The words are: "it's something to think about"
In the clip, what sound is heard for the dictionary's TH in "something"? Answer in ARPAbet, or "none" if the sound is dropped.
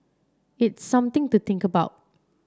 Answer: T